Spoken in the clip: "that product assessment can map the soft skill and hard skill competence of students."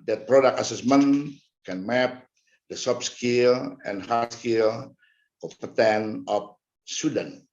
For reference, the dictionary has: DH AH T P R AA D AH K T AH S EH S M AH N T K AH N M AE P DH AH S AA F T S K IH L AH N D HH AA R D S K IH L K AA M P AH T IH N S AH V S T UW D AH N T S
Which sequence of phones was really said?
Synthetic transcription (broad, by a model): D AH T P R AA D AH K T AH S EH S M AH N K AH N M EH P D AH S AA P S K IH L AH N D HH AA S K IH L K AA P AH T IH N AH F S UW D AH N